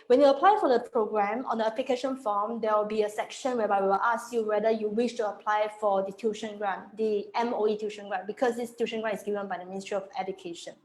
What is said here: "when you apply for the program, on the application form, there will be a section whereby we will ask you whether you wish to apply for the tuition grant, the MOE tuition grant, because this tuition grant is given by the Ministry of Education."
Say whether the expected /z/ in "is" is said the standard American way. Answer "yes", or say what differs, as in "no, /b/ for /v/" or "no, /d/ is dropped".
no, /s/ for /z/